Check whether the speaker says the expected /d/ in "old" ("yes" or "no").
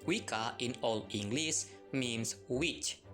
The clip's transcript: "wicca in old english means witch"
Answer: no